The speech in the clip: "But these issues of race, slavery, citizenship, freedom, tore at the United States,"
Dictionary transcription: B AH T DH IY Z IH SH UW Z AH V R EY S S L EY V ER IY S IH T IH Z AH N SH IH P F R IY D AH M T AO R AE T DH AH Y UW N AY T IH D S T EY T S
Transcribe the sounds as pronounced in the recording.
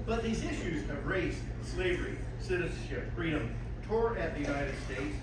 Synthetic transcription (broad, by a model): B AH T DH IY Z IH SH UW Z AH V R EY S S L EY V ER IY S IH T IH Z N SH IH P F R IY D AH M T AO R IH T DH AH Y UW N AY T IH D S T EY T S